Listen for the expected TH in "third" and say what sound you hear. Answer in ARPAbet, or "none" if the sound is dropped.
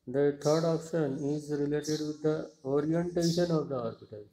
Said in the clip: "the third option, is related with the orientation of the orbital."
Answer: T